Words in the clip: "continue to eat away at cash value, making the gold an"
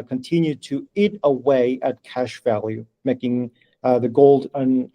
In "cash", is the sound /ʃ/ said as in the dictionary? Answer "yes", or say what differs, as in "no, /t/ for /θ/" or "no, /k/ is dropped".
yes